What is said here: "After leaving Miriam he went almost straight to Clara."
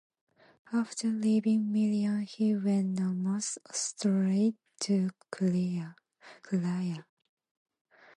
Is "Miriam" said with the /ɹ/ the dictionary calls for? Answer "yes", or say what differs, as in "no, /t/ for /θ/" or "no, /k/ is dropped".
no, /l/ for /ɹ/